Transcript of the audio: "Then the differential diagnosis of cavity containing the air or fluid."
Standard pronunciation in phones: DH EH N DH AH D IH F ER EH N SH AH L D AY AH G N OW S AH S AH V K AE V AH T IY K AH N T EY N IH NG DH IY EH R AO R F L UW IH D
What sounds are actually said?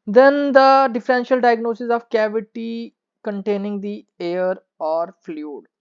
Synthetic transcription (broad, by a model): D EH N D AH D IH F ER EH N SH AH L D AY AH G N OW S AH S AH V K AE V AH T IY K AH N T EY N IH NG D IY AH R AO R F L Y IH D